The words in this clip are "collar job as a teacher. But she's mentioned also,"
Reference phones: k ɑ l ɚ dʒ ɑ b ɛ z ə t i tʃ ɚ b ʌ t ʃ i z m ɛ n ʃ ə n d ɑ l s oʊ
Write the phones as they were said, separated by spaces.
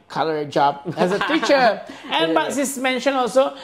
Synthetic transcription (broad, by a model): k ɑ l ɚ dʒ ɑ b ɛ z ə t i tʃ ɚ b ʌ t s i s m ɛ n ʃ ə n ɑ l s oʊ